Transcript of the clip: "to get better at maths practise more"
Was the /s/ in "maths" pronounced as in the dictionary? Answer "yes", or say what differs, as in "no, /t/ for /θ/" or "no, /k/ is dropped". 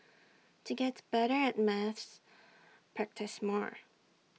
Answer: yes